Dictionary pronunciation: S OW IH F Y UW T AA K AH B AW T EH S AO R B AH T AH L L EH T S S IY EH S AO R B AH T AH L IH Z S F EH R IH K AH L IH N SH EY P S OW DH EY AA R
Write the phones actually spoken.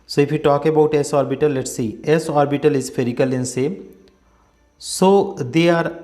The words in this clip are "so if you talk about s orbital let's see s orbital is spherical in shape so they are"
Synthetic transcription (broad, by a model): S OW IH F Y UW T AA K AH B AW T EH S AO R B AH T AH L L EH T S S IY EH S AO R B AH T AH L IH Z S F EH R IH K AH L IH N S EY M S OW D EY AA R